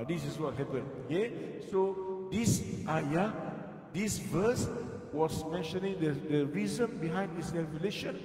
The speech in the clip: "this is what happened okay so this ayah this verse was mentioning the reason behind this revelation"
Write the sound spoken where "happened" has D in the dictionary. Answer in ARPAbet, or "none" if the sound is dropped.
none